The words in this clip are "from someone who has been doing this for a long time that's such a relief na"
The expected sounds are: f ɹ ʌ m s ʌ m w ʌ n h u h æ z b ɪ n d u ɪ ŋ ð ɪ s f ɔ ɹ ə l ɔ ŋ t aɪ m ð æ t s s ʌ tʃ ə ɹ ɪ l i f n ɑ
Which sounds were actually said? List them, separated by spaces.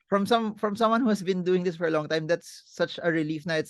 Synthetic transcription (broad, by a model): f ɹ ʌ m s ʌ m w ʌ n h u h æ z b ɪ n d u ɪ ŋ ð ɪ s f ɔ ɹ ə l ɔ ŋ t aɪ m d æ t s s ʌ tʃ ə ɹ ɪ l i f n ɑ